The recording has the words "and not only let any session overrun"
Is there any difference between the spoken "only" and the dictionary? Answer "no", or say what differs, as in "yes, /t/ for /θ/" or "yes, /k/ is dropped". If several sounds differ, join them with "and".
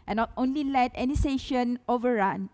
no